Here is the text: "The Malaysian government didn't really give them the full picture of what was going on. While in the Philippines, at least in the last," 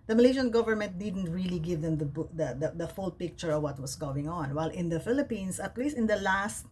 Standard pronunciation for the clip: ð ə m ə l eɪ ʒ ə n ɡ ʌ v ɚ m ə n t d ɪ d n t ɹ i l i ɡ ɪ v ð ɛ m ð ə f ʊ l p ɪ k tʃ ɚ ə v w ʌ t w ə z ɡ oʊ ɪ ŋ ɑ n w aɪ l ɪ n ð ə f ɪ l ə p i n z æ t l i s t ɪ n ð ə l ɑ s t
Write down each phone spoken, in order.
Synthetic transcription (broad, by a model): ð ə m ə l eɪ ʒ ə n ɡ ʌ v ɚ m ə n t d ɪ d n t ɹ i l i ɡ ɪ v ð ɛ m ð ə f ʊ l p ɪ k tʃ ɚ ə v w ʌ t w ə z ɡ oʊ ɪ ŋ ɑ n w aɪ l ɪ n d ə f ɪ l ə p i n s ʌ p l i s ɪ n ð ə l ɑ s t